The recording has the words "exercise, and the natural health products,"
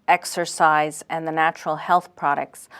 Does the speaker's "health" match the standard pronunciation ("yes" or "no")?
yes